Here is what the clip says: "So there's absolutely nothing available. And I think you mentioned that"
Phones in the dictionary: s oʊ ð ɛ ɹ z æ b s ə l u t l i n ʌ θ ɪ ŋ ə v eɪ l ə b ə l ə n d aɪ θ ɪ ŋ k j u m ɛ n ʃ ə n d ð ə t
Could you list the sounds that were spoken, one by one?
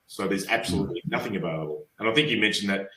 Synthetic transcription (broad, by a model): s oʊ ð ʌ ɹ z æ b s ə l u t l i n ʌ θ ɪ ŋ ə b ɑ ə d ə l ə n aɪ θ ɪ ŋ k j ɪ m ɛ n ʃ n ð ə t